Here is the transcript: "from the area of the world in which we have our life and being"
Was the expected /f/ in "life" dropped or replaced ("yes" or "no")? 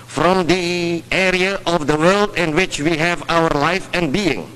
no